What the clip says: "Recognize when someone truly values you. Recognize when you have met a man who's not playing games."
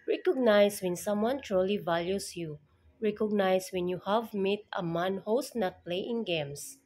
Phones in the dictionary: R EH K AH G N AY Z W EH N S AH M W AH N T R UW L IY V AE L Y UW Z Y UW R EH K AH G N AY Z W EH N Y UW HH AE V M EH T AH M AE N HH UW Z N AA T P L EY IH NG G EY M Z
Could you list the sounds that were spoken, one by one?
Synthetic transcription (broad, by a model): R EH K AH G N AY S W EH N S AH M W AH N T R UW L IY V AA L Y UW S Y UW R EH K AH G N AY S W EH N Y UW HH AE V M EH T AH M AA N HH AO S N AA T P L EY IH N G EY M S